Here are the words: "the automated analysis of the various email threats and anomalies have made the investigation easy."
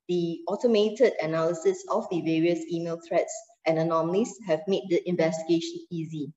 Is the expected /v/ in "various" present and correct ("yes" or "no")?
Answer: yes